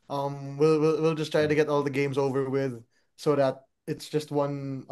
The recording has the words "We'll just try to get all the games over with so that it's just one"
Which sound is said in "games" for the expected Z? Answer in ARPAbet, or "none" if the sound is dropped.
Z